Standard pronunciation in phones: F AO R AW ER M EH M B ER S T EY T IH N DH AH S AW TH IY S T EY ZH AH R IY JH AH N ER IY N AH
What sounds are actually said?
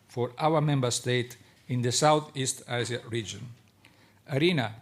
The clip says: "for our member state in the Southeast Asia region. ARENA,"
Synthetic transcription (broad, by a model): F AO R AW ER M EH M B ER S T EY T IH N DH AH S AW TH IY S T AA S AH R IY JH AH N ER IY N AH